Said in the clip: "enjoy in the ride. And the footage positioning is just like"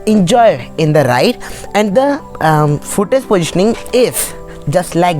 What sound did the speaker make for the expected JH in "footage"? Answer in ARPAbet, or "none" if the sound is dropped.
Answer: Z